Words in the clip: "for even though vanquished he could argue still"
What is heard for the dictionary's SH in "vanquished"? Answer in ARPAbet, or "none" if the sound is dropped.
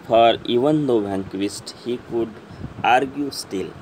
S